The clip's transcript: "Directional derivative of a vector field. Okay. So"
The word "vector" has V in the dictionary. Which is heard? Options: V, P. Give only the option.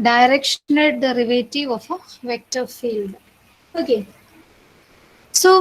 V